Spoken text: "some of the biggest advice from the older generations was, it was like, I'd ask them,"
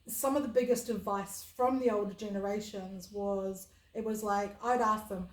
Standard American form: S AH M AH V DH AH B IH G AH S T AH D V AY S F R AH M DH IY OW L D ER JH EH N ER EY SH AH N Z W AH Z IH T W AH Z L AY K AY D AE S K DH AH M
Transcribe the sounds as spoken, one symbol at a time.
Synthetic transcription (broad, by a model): S AH M AH V DH AH B IH G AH S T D V AY S F R AH M DH IY OW L D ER JH EH N ER EY SH AH N Z W AH Z IH T W AH Z L AY K AY D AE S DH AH M